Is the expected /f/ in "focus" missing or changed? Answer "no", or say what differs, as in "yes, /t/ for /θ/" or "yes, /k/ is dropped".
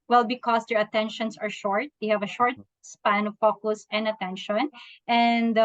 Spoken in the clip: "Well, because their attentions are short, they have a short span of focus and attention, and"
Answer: yes, /p/ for /f/